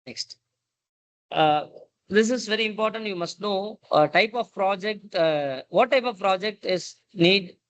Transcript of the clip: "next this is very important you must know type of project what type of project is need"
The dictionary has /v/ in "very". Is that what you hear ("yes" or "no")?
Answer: yes